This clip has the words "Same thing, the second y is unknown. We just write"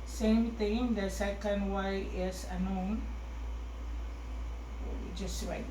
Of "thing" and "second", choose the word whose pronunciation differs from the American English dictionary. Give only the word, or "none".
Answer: thing